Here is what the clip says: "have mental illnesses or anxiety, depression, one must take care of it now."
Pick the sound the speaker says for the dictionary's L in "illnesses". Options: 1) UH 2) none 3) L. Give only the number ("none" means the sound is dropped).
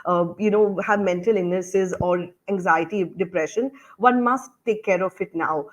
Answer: 2